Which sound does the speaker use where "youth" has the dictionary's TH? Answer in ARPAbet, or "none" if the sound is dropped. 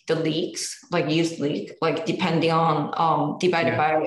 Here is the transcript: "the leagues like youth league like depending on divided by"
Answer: S